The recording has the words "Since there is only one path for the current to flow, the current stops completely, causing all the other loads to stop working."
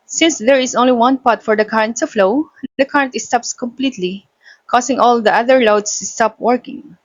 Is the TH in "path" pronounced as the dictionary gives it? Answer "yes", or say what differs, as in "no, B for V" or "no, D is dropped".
no, T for TH